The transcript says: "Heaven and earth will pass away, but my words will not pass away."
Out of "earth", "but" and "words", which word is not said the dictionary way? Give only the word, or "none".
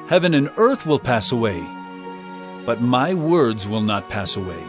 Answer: none